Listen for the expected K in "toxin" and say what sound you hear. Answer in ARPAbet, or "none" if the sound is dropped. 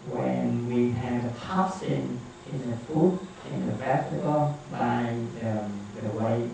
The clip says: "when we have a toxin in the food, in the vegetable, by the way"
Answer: none